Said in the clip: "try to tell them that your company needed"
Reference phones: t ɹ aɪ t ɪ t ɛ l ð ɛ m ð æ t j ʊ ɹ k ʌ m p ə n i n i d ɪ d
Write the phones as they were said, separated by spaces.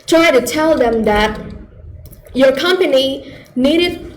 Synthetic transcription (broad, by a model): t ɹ aɪ t ɪ t ɛ l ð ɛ m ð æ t j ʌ ɹ k ʌ m p ə n i n i d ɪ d